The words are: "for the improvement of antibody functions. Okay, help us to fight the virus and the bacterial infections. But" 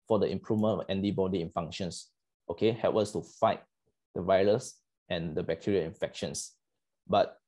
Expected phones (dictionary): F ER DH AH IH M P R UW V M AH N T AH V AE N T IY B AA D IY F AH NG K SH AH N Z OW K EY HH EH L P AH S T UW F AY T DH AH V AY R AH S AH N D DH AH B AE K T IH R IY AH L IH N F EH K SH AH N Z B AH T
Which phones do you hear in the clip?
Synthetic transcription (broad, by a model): F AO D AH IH M P R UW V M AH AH N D IY B AA D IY F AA NG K SH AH N S OW K EY HH EH L P AH S T UW F AY T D AH V AY R AH S AH N D AH B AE K T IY R IY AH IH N F EH K SH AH N S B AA T